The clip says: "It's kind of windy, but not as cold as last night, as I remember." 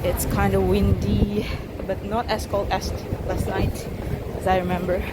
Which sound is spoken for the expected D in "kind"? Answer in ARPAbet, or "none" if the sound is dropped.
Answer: D